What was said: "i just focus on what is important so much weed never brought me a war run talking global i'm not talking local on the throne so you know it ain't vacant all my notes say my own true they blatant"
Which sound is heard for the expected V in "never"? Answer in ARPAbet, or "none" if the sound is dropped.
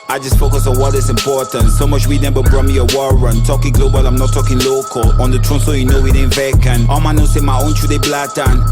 B